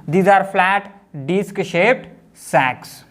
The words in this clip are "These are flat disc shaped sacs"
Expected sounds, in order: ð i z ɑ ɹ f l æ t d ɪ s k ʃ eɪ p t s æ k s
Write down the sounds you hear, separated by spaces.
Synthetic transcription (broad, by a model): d i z ɑ ɹ f l æ t d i s k ʃ eɪ p t s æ k s